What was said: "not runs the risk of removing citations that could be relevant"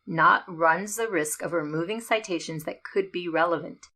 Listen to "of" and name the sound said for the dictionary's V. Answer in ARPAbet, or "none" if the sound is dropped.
V